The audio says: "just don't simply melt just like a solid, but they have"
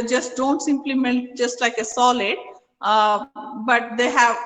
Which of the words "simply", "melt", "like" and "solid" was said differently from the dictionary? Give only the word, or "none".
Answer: melt